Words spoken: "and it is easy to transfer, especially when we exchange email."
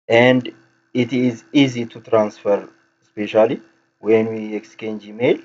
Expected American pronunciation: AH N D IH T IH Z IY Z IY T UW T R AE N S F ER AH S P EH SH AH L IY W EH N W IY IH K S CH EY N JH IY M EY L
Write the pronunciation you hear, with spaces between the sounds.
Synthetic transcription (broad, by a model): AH N D IH T IH Z IY Z IY T UW T R AE N S F ER S P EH SH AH L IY W EH N W IY IH K S CH EY N JH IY M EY L